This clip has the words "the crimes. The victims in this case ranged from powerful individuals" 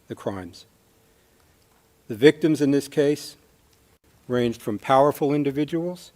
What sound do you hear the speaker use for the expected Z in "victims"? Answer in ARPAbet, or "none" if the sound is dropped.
Z